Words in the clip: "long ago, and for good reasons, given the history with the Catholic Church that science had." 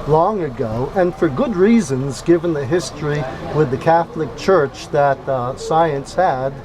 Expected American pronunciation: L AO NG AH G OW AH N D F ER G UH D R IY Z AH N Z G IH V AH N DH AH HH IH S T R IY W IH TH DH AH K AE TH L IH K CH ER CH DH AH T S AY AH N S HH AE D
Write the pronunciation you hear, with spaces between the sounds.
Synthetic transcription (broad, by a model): L AO NG AH G OW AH N F ER G UH D R IY Z AH N Z G IH V AH N DH AH HH IH S T R IY W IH DH AH K AE TH L IH K CH ER CH DH AH T S AY AH N S HH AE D